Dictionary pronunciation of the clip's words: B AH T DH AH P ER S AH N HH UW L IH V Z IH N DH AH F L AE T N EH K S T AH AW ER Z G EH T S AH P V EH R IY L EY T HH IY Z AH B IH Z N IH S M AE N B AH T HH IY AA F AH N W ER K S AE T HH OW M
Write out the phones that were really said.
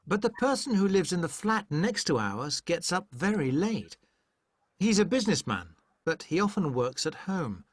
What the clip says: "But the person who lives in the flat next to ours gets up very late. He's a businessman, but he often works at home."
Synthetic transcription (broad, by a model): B AH T DH AH P ER S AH N HH UW L IH V Z IH N DH AH F L AE T N EH K S T AH AW ER Z G EH T S AH P V EH R IY L EY T HH IY Z AH B IH Z N IH S M AE N B AH T HH IY AA F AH N W ER K S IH T HH OW M